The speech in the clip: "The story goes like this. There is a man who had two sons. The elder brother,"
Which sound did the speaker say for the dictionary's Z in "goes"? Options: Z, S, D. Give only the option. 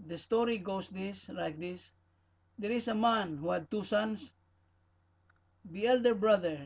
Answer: S